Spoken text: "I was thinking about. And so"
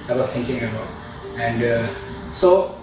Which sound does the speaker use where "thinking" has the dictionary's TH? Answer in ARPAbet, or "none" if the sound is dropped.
T